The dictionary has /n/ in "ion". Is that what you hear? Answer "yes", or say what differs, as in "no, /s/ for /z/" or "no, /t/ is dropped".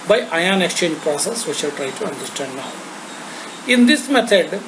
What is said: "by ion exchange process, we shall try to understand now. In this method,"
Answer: yes